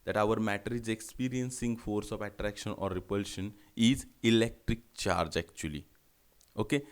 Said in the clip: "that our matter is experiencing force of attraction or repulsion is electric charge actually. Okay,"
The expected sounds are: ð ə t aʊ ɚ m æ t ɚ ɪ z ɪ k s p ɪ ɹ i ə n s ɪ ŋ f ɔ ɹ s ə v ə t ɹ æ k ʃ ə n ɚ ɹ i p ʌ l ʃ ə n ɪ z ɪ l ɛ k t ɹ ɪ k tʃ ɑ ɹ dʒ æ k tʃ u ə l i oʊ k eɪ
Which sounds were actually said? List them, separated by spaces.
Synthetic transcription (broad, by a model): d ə t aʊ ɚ m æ t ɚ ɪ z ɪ k s p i ɹ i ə n s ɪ ŋ f ɔ ɹ s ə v ə t ɹ æ k ʃ ə n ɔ ɹ i p ʌ l ʃ ə n ɪ z ɪ l ɛ k t ɹ ɪ k tʃ ɑ ɹ dʒ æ k tʃ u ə l i oʊ k eɪ